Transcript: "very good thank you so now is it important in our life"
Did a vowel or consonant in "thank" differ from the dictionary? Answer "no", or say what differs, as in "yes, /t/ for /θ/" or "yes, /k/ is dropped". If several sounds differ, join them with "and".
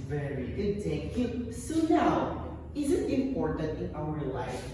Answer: yes, /t/ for /θ/ and /ŋ/ is dropped